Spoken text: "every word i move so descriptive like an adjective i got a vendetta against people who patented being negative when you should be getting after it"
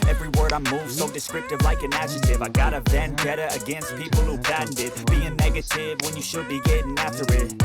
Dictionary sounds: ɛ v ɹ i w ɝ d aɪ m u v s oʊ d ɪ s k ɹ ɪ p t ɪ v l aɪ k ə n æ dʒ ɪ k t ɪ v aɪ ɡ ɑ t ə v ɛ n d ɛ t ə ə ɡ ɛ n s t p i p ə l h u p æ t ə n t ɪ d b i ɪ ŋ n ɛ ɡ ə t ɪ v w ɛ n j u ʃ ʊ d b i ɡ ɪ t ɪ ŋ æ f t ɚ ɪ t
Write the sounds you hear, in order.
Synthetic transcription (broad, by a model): ɛ v ɹ i w ɝ d aɪ m u v s oʊ d ɪ s k ɹ ɪ p t ɪ v l aɪ k ə n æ ʃ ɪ t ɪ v aɪ ɡ ɑ t ə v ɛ n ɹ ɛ t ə ə ɡ ɛ n s t p i p l h u b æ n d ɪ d b i ɪ ŋ n ɛ ɡ ə t ɪ v w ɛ n j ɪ ʃ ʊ d b i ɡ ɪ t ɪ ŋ æ f t ɚ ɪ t